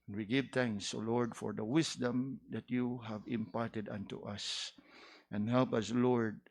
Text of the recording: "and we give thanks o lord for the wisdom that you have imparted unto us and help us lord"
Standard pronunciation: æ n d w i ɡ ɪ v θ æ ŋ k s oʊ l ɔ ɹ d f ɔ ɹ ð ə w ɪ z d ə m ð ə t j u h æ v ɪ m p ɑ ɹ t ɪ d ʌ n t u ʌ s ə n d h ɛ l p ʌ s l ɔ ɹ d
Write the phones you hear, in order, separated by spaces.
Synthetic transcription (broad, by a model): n w i ɡ ɪ v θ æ ŋ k s oʊ l ɔ ɹ d f ɔ ɹ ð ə w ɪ s d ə m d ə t j u h æ v ɪ m p ɑ ɹ t ɪ d ʌ n t u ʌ s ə n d h ɛ l p ʌ s l ɔ ɹ d